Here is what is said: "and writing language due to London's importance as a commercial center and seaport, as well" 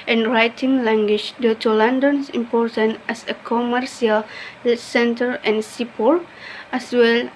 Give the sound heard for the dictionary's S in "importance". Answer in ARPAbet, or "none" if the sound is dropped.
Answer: none